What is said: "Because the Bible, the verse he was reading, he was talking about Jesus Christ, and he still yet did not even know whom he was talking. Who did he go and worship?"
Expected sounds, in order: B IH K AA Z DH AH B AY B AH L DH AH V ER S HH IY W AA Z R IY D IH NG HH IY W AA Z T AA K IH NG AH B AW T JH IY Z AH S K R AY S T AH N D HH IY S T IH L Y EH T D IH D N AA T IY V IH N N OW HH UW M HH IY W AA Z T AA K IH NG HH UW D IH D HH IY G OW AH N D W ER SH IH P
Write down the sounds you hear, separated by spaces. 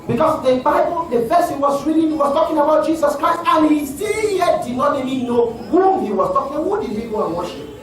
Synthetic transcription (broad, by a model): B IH K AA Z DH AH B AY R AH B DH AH F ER S HH IY W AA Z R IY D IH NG HH IY W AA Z T AA K IH NG AH B AW T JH IY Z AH S K R AY S T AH N HH IY S T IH L Y EH T D IH D N AA T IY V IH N N OW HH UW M HH IY W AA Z T AA K IH NG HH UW D IH D HH IY G OW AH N W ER SH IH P